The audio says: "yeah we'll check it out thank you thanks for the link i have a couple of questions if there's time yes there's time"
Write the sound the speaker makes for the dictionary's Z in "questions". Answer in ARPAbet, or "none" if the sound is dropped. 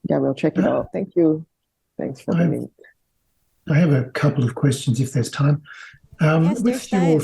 Z